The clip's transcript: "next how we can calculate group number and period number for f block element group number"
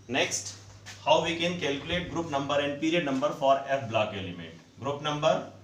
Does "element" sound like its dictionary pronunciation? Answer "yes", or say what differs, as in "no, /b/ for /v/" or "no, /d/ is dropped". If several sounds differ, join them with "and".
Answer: no, /n/ is dropped